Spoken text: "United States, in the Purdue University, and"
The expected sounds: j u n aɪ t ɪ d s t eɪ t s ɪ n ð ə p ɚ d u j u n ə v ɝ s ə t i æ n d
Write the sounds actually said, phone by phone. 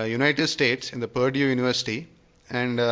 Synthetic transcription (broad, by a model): j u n aɪ t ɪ d s t eɪ t s ɪ n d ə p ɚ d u j u n ə v ɝ s ə t i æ n d